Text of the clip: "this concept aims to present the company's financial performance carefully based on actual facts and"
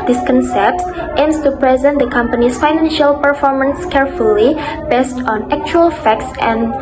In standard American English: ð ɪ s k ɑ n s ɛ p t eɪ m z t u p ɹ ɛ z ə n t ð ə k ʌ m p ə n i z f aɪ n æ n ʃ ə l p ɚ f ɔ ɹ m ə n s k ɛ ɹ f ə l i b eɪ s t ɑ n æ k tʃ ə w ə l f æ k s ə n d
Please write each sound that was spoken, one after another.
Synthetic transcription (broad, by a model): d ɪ s k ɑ n s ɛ p t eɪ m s t u p ɹ ɛ z ə n t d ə k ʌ m p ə n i s f aɪ n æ n ʃ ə l p ɚ f ɔ ɹ m ə n s k ɛ ɹ f ə l i b eɪ s t ɑ n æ k tʃ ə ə l f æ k s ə n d